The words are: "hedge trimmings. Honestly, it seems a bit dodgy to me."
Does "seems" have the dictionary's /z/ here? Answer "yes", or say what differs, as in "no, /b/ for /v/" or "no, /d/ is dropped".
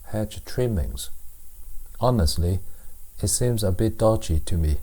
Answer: yes